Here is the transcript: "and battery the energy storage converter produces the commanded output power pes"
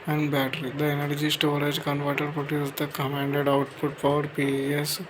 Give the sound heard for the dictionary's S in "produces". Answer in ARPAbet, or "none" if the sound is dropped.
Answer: none